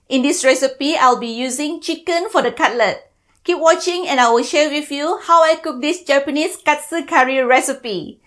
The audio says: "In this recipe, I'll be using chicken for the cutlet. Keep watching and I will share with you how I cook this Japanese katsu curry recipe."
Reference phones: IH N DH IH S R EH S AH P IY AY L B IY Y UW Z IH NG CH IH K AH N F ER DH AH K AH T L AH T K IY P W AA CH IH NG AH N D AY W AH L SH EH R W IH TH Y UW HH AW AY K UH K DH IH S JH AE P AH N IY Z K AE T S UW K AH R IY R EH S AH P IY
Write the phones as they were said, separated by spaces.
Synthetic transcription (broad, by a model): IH N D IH S R EH S AH P IY AY L B IY Y UW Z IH NG CH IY K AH N F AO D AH K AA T L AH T K IY P W AA CH IH NG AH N AY W AH L SH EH W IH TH Y UW HH AW AY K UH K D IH S JH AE P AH N IY S K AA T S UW K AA R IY R EH S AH P IY